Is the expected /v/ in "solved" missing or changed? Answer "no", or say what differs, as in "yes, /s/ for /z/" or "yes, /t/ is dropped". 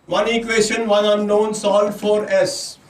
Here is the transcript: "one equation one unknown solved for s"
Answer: yes, /v/ is dropped